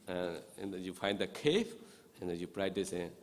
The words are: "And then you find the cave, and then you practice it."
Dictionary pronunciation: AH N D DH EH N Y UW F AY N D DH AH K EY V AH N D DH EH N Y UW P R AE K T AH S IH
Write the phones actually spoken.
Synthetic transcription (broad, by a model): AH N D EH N Y UW F AY N D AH K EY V AH N D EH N Y UW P R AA T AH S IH